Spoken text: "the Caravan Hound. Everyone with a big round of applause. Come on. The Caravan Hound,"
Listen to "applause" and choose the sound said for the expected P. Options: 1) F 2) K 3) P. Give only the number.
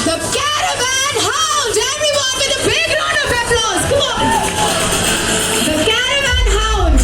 1